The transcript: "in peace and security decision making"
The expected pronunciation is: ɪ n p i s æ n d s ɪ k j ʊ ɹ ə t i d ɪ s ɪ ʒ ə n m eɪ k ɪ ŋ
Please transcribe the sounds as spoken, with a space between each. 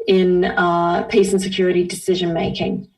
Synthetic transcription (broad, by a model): ɪ n p i s n s ɪ k j ʊ ɹ ə t i d ɪ s ɪ ʒ ə n m eɪ k ɪ ŋ